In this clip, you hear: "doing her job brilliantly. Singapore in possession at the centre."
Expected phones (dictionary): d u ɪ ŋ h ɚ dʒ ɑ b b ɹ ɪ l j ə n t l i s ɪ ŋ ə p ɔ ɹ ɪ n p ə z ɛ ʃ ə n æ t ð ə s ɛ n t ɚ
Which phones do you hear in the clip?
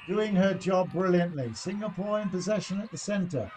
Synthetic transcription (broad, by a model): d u ɪ ŋ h ɚ dʒ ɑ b b ɹ ɪ l j ə n t l i s ɪ ŋ ə p ɔ ɹ ɪ n p ə z ɛ ʃ ə n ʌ t ð ə s ɛ n t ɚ